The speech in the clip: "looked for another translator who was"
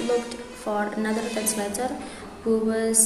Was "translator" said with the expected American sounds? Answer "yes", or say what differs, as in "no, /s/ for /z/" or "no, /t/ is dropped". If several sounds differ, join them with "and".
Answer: no, /ɹ/ is dropped